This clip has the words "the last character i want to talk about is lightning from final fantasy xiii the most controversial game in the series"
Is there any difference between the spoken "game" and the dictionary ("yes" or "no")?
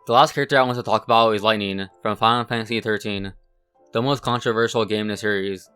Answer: yes